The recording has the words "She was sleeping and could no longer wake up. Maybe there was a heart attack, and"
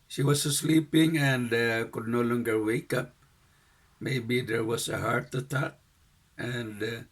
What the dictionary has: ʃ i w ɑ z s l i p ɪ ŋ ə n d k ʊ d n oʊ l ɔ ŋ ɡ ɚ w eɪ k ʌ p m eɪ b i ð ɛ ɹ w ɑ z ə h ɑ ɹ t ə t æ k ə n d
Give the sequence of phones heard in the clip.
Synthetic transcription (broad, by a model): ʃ i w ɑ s s l i p ɪ ŋ ə n d k ʊ d n oʊ l ɔ ŋ ɡ ɚ w eɪ k ʌ p m eɪ b i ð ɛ ɹ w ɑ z ə h ɑ ɹ t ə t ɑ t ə n d